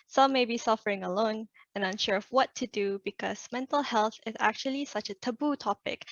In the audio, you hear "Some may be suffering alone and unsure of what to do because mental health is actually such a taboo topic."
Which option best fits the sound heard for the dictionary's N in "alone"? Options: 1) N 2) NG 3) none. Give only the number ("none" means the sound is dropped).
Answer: 1